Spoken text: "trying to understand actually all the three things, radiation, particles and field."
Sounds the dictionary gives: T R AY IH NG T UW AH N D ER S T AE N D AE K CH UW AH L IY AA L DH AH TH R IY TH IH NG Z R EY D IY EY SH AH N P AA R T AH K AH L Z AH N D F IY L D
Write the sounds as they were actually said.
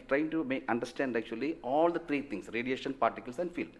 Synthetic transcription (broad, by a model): T R AY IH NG T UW AH N D ER S T AE N D AE K CH UW AH L IY AA L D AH T R IY T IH NG S R EY D IY EY SH AH N P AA R T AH K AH L S AH N D F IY L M